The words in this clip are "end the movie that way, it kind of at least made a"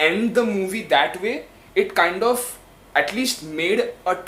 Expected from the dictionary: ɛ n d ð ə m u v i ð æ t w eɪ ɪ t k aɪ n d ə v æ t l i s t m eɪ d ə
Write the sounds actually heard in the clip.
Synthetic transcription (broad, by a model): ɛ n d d ə m u v i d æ t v eɪ ɪ t k aɪ n d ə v æ t l i s t m eɪ d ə